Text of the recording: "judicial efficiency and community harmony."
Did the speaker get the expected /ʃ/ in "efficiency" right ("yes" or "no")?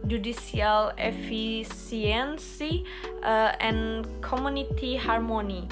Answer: no